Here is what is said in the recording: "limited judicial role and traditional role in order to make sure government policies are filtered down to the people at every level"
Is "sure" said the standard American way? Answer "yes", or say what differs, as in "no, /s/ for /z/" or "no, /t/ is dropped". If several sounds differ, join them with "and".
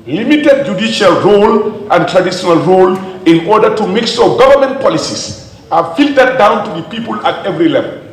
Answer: no, /s/ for /ʃ/